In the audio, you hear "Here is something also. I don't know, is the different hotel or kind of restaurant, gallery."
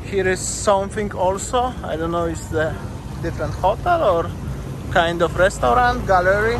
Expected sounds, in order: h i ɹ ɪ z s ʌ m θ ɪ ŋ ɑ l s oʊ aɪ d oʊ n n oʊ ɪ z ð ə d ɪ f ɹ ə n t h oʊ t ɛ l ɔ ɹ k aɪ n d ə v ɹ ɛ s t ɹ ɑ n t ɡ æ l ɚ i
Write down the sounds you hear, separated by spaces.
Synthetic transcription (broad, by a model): h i ɹ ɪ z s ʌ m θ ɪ ŋ ɑ l s oʊ aɪ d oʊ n n oʊ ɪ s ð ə d ɪ f ɹ ə n t h oʊ t ɛ l ɔ ɹ k aɪ n d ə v ɹ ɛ s t ɹ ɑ n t ɡ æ l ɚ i